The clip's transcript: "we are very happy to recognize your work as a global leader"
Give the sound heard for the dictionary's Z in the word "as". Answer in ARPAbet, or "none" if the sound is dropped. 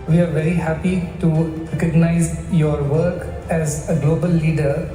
Z